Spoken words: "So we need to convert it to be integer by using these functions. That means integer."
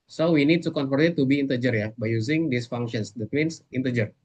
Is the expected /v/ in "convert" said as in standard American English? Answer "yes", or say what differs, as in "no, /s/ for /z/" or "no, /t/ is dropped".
no, /f/ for /v/